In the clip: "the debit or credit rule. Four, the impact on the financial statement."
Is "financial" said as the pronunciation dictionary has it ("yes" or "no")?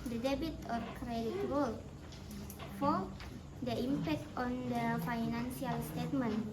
no